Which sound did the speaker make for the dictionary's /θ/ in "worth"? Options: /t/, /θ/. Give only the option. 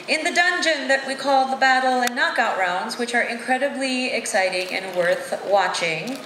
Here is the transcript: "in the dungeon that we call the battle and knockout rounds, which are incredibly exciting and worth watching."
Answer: /θ/